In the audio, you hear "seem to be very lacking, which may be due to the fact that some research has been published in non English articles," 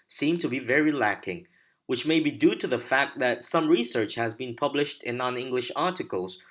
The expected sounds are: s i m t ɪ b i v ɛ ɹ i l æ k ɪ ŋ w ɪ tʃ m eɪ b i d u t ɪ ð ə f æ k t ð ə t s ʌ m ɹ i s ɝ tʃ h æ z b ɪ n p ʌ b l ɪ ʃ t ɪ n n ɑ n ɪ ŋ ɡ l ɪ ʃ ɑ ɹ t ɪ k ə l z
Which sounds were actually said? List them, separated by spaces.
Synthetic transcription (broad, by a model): s i m t ɪ b i v ɛ ɹ i l æ k ɪ ŋ w ɪ tʃ m eɪ b i d u t ɪ ð ə f æ k t ð ə t s ʌ m ɹ i s ɝ tʃ h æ z b ɪ n p ʌ b l ɪ ʃ t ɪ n n ɑ n ɪ ŋ ɡ l ɪ ʃ ɑ ɹ t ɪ k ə l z